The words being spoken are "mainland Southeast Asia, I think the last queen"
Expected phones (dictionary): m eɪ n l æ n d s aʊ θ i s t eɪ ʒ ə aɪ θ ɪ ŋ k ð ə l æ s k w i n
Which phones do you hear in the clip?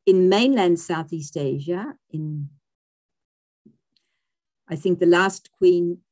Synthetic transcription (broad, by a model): m eɪ n l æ n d s aʊ θ i s t eɪ ʒ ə aɪ θ ɪ ŋ k ð ə l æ s k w i n